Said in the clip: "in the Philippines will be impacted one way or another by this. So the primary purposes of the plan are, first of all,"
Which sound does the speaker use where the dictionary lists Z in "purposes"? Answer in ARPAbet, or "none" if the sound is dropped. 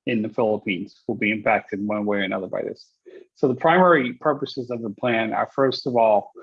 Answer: Z